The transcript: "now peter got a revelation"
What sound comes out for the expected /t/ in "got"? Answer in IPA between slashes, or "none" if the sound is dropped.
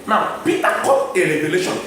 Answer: none